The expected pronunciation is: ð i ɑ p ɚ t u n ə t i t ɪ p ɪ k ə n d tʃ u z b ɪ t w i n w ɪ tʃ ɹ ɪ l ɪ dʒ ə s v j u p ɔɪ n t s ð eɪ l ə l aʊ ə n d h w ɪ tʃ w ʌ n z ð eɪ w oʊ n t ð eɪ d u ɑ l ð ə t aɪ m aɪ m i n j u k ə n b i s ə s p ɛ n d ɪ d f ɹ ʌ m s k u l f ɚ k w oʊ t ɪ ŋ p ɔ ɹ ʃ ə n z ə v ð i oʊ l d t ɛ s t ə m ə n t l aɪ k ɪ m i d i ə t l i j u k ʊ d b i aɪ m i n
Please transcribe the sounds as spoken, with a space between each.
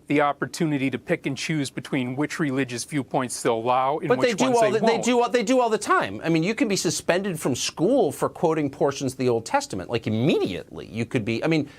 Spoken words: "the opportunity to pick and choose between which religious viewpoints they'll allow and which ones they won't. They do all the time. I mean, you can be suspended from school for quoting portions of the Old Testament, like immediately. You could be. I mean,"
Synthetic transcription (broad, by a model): ð i ɑ p ɚ t u n ə t i t ɪ p ɪ k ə n tʃ u z b ɪ t w i n w ɪ tʃ ɹ ɪ l ɪ dʒ ə s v j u p ɔɪ n t s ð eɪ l ə l aʊ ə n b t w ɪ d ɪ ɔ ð ð eɪ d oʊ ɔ ð eɪ d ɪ ɑ l ð ə t aɪ m aɪ m i n j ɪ k ə n b i s ə s p ɛ n d ɪ d f ɹ ʌ m s k u l f ɚ k w oʊ t ɪ ŋ p ɔ ɹ ʃ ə n z ə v ð i oʊ l d t ɛ s t ə m ə n t l aɪ k ɪ m i d i ə t l i j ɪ k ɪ d b i aɪ m i n